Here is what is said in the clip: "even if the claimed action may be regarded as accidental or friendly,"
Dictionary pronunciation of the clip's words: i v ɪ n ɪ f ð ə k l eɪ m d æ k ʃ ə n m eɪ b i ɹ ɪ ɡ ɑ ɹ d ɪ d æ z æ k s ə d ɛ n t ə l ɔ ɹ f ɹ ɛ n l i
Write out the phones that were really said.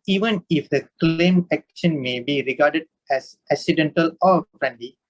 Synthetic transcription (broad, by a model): i v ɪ n ɪ f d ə k l eɪ m æ k ʃ ə n m eɪ b i ɹ ɪ ɡ ɑ ɹ d ɪ d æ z æ k s ə d ɛ n t ə l ɔ ɹ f ɹ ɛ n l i